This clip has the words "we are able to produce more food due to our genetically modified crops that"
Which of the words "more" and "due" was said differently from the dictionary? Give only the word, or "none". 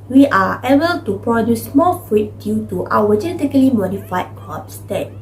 more